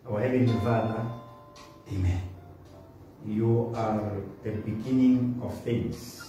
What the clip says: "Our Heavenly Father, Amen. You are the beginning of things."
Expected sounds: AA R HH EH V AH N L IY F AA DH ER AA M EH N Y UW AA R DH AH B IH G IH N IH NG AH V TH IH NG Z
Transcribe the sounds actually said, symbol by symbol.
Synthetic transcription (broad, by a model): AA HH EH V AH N IY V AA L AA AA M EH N Y UW AA R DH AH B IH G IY N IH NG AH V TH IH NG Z